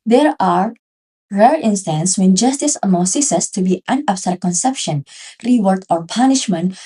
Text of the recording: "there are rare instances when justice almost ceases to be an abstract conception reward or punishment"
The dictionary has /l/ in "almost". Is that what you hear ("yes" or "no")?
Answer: no